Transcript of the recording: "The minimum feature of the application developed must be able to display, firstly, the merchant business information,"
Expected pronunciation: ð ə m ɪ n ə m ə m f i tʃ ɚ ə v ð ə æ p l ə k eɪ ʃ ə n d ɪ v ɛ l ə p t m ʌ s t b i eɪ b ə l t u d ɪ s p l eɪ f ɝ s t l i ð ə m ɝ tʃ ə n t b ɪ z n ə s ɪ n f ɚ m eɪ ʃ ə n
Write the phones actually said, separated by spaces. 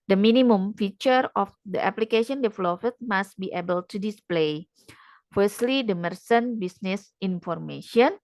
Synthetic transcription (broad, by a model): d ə m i n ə m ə m f i tʃ ɚ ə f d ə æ p l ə k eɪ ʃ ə n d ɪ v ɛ l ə f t m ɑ s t b i eɪ b ə l t u d ɪ s p l eɪ f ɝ s t l i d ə m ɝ s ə n b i s n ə s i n f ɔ m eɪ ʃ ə n